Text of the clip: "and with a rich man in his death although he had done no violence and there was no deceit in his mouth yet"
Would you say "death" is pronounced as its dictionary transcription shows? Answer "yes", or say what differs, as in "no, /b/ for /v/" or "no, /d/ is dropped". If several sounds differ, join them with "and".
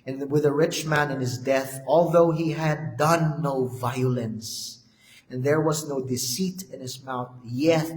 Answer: yes